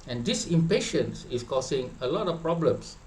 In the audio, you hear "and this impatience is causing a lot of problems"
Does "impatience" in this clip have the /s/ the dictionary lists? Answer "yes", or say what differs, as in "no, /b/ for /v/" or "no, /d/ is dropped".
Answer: yes